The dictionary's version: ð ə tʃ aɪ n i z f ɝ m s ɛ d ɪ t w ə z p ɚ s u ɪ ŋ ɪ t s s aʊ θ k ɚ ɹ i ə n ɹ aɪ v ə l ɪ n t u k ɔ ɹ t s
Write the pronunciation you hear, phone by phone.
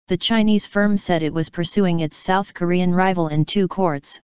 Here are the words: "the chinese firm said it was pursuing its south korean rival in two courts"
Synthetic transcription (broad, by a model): ð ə tʃ aɪ n i z f ɝ m s ɛ d ɪ t w ə z p ɚ s u ɪ ŋ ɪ t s s aʊ θ k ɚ ɹ i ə n ɹ aɪ v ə l ɪ n t u k ɔ ɹ t s